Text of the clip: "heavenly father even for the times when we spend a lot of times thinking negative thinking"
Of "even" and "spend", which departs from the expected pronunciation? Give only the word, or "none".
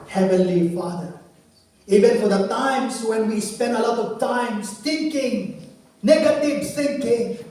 none